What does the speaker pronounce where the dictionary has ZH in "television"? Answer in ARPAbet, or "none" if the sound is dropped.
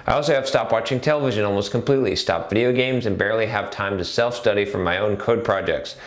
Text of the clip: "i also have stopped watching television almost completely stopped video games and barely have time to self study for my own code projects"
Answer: ZH